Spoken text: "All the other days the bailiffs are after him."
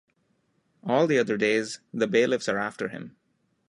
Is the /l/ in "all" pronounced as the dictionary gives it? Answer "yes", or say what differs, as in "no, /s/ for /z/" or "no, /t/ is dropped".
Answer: yes